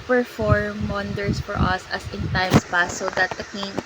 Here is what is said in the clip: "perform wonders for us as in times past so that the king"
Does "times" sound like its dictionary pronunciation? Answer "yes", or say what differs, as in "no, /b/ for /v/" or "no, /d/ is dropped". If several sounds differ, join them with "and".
no, /s/ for /z/